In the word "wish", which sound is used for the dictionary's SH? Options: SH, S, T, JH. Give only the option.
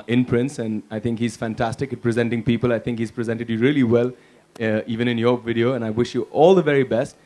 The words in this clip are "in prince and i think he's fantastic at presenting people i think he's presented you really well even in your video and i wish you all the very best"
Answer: SH